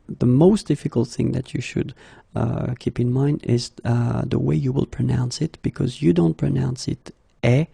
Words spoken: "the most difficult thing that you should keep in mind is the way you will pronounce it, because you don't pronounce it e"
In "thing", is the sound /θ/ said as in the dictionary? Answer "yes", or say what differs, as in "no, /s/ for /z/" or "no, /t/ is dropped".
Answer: yes